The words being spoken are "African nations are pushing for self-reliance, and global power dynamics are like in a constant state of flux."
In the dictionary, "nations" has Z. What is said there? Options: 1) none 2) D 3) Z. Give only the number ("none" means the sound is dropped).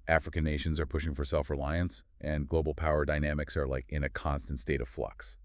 3